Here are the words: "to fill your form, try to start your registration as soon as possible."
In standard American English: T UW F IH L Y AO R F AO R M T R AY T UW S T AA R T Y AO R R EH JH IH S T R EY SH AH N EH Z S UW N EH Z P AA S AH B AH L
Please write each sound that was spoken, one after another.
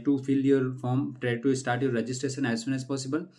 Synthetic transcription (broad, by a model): T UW F IH L Y AO R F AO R M T R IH T UW S T AA R T Y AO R R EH JH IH S T R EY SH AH N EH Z S UW N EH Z P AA S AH B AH L